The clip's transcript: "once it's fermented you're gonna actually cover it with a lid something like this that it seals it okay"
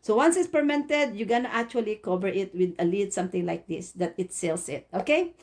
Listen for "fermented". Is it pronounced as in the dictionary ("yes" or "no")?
no